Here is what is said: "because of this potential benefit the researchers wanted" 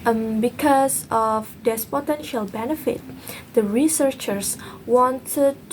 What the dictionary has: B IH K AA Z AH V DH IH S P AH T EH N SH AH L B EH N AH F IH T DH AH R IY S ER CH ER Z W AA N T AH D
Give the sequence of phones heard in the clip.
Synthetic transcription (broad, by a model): B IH K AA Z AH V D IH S P AH T EH N SH AH L B EH N AH F IH T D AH R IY S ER CH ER S W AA N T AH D